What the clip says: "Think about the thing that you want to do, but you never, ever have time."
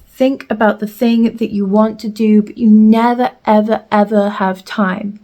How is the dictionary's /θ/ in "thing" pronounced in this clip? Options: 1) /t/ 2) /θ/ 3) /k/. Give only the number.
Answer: 2